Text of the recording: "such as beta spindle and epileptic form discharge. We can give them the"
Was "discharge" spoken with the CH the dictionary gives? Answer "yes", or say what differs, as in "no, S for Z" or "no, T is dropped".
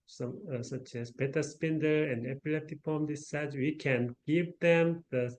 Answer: no, S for CH